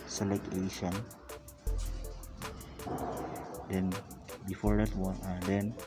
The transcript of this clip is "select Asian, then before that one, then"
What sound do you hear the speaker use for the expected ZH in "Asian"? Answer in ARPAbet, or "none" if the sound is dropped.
SH